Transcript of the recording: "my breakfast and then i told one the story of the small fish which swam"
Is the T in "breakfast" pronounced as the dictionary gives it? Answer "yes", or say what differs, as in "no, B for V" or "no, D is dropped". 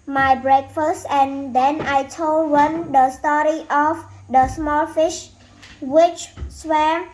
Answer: yes